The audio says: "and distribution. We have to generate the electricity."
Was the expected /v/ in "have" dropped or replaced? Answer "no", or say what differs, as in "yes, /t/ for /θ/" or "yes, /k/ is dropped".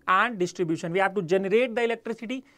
yes, /p/ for /v/